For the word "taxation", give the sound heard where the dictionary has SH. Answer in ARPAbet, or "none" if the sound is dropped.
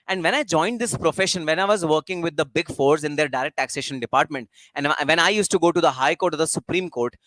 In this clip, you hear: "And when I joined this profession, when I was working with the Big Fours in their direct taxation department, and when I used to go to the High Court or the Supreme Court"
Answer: SH